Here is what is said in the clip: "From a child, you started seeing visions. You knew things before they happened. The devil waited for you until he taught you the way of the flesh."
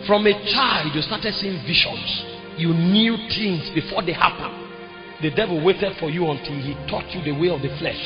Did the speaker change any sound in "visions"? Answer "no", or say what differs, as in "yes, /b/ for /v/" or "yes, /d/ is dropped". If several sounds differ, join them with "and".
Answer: yes, /ʃ/ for /ʒ/